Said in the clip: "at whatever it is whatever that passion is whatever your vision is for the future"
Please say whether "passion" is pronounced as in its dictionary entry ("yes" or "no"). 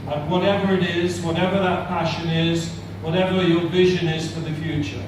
yes